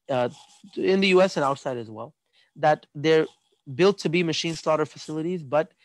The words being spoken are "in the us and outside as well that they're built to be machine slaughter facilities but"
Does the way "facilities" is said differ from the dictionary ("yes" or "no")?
no